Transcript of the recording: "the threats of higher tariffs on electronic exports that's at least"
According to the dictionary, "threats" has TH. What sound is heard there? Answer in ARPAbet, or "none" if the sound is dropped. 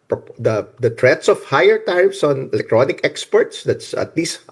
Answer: T